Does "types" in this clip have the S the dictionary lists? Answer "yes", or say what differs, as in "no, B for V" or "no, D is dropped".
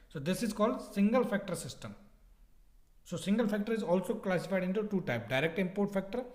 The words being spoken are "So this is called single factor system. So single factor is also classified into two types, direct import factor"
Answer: no, S is dropped